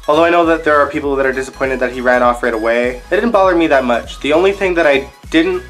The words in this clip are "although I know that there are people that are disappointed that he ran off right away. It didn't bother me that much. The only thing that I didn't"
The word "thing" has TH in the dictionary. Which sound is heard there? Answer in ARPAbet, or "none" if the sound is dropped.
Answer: TH